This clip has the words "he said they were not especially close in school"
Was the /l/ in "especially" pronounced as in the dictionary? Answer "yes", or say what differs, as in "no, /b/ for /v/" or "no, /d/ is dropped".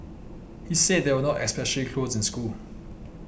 no, /l/ is dropped